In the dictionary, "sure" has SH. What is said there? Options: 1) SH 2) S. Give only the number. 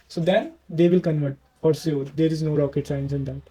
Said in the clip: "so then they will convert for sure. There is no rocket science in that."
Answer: 2